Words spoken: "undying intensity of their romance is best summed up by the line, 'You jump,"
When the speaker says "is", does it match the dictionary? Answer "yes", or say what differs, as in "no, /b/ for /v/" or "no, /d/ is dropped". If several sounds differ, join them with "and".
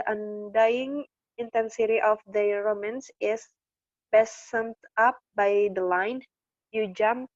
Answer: no, /s/ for /z/